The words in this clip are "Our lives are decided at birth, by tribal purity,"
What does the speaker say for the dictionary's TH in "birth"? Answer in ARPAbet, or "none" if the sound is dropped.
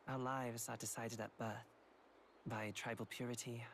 TH